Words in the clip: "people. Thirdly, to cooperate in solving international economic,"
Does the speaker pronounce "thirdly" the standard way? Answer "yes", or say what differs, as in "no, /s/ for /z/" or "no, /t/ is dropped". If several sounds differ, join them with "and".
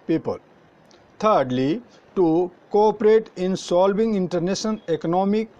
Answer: no, /t/ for /θ/